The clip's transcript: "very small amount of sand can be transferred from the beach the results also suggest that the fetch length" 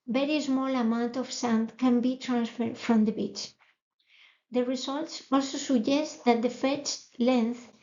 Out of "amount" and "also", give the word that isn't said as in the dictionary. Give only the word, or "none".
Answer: none